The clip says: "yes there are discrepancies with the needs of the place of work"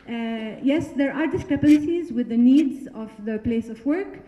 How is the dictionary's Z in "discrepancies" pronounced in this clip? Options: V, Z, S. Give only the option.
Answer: Z